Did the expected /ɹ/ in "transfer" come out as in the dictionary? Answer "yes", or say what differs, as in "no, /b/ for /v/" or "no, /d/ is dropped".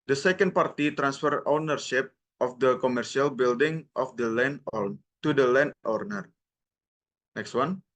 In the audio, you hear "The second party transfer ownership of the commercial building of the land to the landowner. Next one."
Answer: yes